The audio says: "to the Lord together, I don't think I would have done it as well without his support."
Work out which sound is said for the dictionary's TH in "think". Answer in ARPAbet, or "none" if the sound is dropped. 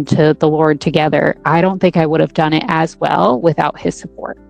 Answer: TH